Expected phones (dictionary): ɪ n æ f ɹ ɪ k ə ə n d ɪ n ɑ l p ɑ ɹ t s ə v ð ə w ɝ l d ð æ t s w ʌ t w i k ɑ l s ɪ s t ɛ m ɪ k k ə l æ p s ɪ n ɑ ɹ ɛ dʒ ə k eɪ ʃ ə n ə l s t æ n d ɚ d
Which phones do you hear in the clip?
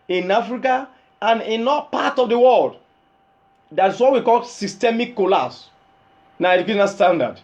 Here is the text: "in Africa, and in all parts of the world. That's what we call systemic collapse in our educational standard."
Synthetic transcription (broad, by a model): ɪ n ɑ f ɹ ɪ k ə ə n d ɪ n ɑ p ɑ t ə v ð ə w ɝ l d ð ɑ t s w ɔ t w i k ɑ l s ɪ s t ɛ m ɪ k k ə l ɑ s n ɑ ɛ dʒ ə k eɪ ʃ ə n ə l s t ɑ n d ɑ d